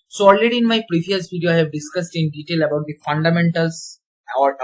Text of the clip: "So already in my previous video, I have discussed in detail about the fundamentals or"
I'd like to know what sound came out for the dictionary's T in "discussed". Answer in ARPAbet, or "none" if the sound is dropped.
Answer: T